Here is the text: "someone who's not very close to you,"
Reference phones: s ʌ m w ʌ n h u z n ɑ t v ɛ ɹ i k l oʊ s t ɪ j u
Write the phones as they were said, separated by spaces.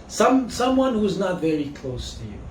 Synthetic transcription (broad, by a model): s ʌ m w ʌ n h u z n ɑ t v ɛ ɹ i k l oʊ s t ɪ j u